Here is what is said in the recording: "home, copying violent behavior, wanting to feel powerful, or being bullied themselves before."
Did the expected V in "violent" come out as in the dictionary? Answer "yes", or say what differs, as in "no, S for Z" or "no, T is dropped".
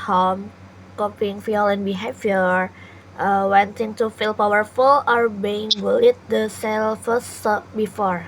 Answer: no, F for V